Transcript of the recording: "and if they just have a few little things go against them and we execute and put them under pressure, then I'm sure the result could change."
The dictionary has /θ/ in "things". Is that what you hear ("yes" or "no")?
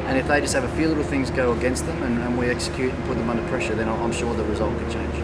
yes